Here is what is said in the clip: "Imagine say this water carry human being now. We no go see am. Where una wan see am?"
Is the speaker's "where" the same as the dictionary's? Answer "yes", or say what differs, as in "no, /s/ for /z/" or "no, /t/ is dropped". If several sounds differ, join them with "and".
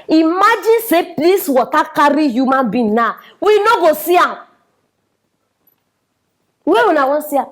no, /w/ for /ɹ/